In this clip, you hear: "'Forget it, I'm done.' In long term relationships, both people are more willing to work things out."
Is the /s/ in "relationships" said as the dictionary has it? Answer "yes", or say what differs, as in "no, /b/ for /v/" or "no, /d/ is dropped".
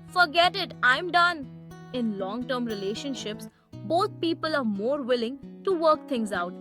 yes